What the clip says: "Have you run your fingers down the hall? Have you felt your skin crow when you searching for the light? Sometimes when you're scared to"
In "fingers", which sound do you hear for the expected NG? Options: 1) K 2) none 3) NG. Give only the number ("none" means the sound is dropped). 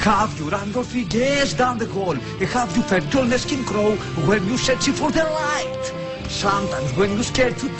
2